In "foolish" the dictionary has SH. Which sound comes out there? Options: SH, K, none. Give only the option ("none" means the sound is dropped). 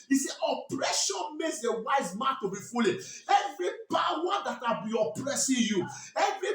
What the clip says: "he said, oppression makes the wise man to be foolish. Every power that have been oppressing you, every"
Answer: none